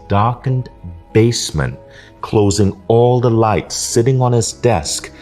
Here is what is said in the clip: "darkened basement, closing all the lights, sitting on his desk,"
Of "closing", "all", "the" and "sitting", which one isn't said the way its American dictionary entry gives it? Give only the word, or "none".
none